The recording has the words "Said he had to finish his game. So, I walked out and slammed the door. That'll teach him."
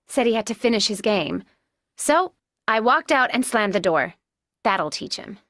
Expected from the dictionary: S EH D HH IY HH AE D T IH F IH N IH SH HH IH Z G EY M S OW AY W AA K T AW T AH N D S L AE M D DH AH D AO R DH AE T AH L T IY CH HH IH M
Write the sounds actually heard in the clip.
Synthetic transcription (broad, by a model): S EH D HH IY HH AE D T IH F IH N IH SH HH IH Z G EY M S OW AY W AA K T AW T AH N S L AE M DH AH D AO R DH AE T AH L T IY CH HH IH M